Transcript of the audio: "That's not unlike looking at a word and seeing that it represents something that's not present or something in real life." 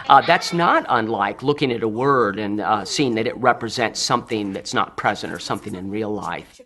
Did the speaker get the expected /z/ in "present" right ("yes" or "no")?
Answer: yes